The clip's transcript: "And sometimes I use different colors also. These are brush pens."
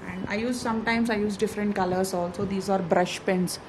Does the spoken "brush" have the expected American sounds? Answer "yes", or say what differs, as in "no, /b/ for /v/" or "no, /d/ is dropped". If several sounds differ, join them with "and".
yes